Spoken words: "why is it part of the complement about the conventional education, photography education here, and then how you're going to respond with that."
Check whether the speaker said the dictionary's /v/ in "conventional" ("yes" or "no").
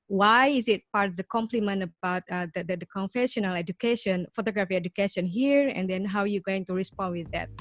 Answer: no